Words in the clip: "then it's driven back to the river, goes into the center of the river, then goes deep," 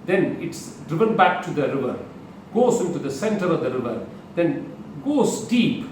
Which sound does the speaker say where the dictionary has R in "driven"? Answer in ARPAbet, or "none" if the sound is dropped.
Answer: R